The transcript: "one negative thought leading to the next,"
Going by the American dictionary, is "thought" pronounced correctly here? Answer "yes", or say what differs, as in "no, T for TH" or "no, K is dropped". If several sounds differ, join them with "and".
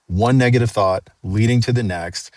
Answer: yes